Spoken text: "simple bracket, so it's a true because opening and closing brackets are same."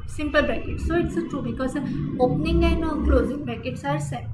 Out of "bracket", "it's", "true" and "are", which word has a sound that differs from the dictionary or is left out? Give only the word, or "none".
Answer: bracket